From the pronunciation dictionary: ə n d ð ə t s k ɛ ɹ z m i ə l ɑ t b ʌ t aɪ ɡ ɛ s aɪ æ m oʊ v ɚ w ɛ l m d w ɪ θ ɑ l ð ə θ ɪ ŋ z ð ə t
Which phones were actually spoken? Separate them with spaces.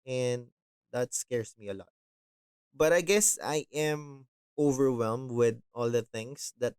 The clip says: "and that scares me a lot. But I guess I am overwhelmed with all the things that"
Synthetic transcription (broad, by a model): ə n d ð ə t s k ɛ ɹ s m i ə l ɑ t b ʌ t aɪ ɡ ɛ s aɪ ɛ m oʊ v ɚ w ɛ l m d w ɪ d ɑ l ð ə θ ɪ ŋ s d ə t